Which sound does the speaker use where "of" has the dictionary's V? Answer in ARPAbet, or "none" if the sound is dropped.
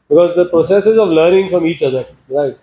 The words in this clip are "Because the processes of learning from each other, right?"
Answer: V